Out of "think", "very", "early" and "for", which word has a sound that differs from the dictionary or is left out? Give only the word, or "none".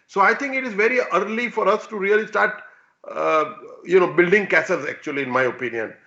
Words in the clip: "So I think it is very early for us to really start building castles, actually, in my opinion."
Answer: think